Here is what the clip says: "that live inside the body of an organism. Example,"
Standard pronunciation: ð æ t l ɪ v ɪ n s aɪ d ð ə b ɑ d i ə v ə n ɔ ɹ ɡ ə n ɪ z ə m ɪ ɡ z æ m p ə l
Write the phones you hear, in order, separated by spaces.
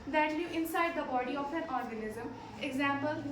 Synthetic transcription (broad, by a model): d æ t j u ɪ n s aɪ d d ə b ɑ d i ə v ə n ɔ ɹ ɡ ə n ɪ z ə m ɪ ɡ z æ m p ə l